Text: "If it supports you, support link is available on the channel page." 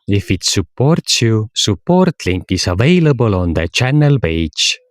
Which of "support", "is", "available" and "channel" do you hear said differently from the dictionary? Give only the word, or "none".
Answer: is